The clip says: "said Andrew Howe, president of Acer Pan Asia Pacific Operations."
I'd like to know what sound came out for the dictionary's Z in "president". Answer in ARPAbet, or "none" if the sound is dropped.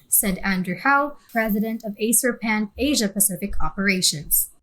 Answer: Z